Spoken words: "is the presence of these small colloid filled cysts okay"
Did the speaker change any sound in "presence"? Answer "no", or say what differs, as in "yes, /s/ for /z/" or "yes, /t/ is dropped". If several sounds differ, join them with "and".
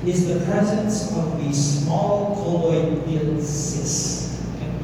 no